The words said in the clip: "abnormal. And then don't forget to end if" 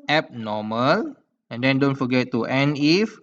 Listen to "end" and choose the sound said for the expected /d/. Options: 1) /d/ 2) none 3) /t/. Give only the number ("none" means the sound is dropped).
2